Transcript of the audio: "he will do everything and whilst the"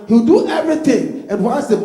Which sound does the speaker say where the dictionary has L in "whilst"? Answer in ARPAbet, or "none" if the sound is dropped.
N